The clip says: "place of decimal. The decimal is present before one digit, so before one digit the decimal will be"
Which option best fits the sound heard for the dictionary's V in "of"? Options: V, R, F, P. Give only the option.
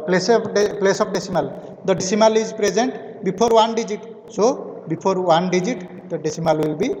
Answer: P